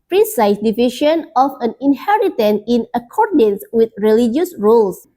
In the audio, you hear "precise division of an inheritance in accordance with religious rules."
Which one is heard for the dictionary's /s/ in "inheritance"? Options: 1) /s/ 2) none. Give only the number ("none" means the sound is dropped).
2